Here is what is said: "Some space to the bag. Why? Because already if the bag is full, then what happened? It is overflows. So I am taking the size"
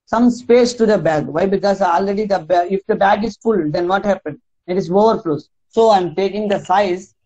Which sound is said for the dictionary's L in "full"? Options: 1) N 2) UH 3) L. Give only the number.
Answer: 3